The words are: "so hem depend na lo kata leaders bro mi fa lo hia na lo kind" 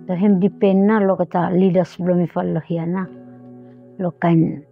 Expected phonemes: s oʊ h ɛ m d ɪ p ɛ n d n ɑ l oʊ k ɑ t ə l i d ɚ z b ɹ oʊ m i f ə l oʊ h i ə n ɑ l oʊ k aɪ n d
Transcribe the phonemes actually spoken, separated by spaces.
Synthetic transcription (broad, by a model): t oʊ h ɛ m d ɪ p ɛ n n ɑ l oʊ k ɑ t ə l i d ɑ s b l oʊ m i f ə l oʊ h i ə n ɑ l oʊ k aɪ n